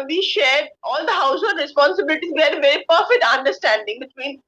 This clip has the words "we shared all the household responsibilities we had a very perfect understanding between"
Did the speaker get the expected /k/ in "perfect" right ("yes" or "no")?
yes